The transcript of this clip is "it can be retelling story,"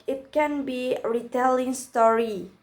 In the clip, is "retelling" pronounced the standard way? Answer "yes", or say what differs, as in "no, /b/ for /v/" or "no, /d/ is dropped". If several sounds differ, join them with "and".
yes